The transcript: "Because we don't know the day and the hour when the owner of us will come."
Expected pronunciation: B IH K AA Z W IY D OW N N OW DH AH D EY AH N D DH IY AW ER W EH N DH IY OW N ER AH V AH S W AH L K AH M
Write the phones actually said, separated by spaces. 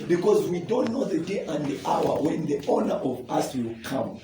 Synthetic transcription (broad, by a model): B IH K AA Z W IY D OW N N OW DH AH D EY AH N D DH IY AW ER W EH N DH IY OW N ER AH V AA S W AH L K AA M